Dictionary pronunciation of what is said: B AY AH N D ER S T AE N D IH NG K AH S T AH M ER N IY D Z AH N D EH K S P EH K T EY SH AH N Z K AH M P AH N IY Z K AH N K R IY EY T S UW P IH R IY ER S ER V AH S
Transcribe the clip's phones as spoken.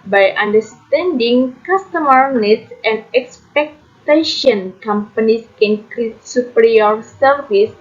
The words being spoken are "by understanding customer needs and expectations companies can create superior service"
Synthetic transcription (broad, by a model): B AY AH N D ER S T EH N D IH NG K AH S T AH M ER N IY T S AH N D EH K S P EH K T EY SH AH N K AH M P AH N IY S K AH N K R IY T S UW P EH R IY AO S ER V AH S